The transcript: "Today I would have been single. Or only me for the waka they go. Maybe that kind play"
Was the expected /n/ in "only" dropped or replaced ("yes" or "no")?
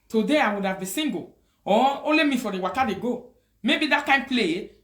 yes